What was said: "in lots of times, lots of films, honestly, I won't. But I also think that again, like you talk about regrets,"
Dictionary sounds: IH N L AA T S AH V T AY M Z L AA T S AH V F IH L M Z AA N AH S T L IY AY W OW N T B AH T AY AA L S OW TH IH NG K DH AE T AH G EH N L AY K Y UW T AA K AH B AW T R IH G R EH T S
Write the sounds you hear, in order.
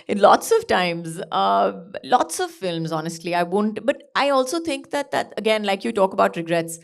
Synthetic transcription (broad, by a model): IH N L AA T S AH V T AY M Z L AA T S AH V F IH L M Z AA N AH S T L IY AY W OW N T B AH T AY AA L S OW T IH NG K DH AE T AH G EH N L AY K Y UW T AA K AH B AW T R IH G R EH T S